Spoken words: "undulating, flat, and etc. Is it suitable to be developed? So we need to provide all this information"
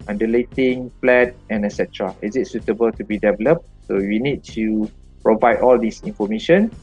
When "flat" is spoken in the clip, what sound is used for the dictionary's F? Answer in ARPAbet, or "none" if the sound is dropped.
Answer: P